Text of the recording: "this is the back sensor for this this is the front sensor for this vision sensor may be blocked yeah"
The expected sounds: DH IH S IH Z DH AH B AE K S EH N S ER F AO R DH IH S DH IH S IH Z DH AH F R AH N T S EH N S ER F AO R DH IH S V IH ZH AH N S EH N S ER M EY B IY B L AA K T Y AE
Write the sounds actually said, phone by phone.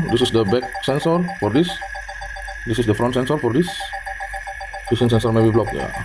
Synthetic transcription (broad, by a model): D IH S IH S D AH B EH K S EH N S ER F AO R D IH S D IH S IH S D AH F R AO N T S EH N S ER F AO R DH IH S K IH S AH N S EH N S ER M EY B IY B L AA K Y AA